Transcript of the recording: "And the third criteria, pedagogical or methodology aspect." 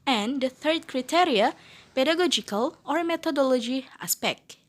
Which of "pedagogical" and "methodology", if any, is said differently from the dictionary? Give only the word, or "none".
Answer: methodology